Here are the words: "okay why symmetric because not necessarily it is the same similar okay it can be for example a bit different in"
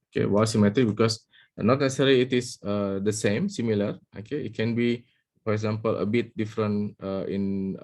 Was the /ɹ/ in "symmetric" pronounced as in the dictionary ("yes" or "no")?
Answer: no